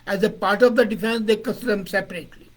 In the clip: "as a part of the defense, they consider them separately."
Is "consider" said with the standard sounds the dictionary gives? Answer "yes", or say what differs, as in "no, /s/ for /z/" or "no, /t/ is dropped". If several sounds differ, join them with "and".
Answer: no, /n/ is dropped